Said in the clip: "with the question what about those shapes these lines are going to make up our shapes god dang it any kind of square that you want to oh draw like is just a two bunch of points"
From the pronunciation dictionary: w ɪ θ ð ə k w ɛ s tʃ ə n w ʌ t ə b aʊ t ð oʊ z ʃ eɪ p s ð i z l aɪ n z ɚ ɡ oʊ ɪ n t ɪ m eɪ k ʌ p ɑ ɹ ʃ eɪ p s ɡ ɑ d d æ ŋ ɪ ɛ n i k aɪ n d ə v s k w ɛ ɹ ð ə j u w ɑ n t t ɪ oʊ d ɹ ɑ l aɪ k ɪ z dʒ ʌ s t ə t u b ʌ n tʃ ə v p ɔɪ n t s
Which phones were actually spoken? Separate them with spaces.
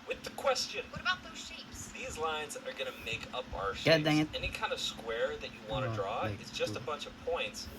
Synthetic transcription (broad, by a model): w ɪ ð ə k w ɛ s tʃ ə n w ʌ t ə b aʊ t ð oʊ z ʃ eɪ p s ð i z l aɪ n z ɚ ɡ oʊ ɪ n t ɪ m eɪ k ʌ p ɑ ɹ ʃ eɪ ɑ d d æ ɪ ɛ n i k aɪ n d ə v s k w ɛ ɹ ð ə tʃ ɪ w ɑ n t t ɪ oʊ d ɹ ɑ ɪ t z dʒ ʌ s t ə b ʌ n tʃ ə v p ɔɪ n t s